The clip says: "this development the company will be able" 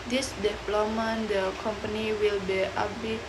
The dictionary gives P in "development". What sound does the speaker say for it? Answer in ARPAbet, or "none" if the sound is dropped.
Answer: none